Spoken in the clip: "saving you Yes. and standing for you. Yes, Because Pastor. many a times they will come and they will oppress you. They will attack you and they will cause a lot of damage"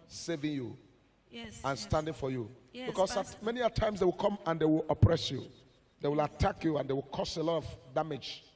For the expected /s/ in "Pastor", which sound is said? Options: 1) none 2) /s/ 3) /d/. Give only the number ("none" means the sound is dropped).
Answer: 1